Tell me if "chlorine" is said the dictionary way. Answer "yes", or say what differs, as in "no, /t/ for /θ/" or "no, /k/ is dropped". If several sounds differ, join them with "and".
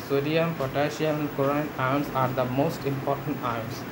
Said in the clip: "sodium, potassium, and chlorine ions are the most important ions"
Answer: no, /l/ is dropped